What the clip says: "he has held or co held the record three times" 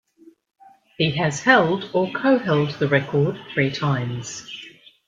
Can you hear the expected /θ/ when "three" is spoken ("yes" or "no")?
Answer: yes